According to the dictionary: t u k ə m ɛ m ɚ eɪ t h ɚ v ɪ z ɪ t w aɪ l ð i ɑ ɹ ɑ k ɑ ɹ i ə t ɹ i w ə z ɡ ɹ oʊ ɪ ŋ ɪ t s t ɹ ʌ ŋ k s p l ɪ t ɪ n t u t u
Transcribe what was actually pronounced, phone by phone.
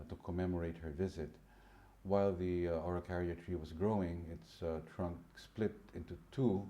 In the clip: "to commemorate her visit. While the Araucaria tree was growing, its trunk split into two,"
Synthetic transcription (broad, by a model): t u k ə m ɛ m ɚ eɪ t h ɚ v ɪ z ɪ t w aɪ l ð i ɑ ɹ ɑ k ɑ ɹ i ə t ɹ i w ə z ɡ ɹ oʊ ɪ ŋ ɪ t s t ɹ ʌ ŋ k s p l ɪ t ɪ n t u t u